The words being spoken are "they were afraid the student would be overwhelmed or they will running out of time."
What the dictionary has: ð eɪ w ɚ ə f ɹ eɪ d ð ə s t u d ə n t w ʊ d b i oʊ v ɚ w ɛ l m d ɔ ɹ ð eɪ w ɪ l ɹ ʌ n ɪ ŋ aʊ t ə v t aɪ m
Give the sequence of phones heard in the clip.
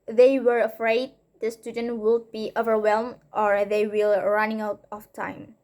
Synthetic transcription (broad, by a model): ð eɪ w ɚ ə f ɹ eɪ d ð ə s t u d ə n t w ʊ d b i oʊ v ɚ w ɛ l m d ɔ ɹ ð eɪ w ɪ l ɹ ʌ n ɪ ŋ aʊ t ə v t aɪ m